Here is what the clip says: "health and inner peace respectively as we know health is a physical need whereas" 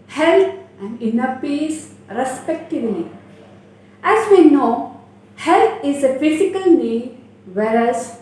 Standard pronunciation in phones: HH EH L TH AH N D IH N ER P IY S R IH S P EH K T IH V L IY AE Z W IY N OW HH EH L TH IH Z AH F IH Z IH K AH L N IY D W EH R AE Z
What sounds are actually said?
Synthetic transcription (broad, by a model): HH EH L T AH N D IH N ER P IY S R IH S P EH K T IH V N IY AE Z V IY N OW HH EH L T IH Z AH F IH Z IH K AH L N IY D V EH R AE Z